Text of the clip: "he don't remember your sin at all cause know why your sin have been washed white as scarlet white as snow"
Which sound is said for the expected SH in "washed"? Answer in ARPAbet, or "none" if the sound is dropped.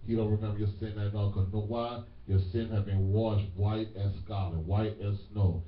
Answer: SH